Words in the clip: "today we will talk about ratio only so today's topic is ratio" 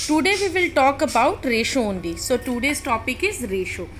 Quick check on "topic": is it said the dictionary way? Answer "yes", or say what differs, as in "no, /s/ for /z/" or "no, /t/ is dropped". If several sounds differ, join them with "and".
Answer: yes